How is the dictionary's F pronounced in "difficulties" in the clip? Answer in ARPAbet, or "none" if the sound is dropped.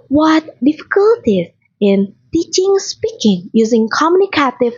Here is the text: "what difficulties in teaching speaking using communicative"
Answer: F